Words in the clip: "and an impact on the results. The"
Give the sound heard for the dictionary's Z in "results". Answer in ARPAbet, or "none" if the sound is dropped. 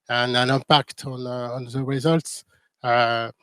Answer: Z